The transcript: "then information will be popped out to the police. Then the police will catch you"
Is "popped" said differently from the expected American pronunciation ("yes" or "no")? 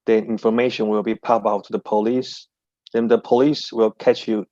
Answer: yes